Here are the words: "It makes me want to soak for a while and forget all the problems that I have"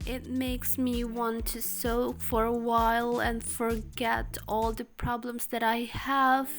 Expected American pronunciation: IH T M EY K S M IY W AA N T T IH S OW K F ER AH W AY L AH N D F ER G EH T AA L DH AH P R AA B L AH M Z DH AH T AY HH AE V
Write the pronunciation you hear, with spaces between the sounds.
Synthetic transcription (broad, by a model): IH T M EY K S M IY W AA N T T IH S OW K F ER AH W AY L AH N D F ER G EH T AA L DH AH P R AA B L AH M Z DH AH T AY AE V